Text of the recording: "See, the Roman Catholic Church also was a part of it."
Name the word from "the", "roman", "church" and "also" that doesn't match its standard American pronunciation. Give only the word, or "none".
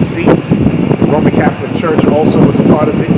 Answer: none